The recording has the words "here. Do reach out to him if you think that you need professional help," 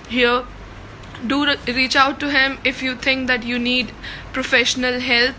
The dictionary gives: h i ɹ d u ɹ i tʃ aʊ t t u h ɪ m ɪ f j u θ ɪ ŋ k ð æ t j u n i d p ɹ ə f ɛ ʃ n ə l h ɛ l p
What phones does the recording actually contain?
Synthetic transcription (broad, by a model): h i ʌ d u ɹ i tʃ aʊ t t u h ɪ m ɪ f j u t ɪ ŋ k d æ t j u n i d p ɹ ə f ɛ ʃ n ə l h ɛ l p